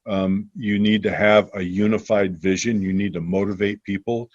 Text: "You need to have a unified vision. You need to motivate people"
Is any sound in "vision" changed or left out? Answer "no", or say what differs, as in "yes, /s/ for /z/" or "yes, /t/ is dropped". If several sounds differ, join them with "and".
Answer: no